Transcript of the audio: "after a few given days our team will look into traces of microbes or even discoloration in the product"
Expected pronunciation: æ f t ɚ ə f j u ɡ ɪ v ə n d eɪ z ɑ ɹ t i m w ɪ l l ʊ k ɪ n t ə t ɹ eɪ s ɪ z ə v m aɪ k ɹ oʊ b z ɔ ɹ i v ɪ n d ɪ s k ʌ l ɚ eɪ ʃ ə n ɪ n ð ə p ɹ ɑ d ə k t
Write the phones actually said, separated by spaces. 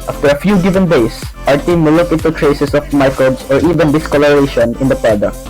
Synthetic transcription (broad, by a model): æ f t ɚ ə f j u ɡ ɪ v ə n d eɪ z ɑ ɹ t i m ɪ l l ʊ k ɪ t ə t ɹ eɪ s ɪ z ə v m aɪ k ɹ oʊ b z ɔ ɹ i v ɪ n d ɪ s k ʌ l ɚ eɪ ʃ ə n ɪ n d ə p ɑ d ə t